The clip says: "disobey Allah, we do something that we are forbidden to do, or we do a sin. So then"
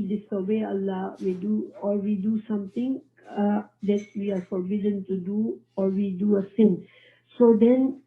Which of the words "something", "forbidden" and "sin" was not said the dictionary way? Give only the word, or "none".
something